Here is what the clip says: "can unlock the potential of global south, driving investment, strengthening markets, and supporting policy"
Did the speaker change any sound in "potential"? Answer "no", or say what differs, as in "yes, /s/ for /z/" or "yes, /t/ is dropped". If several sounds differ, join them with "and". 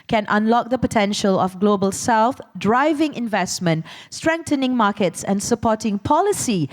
no